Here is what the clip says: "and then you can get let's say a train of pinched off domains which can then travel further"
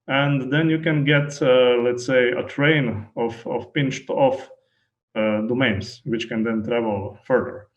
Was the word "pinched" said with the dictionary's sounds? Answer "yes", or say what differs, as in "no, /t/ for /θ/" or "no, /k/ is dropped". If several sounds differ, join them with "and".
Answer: yes